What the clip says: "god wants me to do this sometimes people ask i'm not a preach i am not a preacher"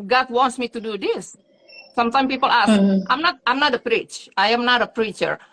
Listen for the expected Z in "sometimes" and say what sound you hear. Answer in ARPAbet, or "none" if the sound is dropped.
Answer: none